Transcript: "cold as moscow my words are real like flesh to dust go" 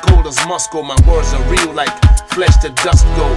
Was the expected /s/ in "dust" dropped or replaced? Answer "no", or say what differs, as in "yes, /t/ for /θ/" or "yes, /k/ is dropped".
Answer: no